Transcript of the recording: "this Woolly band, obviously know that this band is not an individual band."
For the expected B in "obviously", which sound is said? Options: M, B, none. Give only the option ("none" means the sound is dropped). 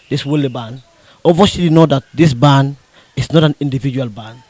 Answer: none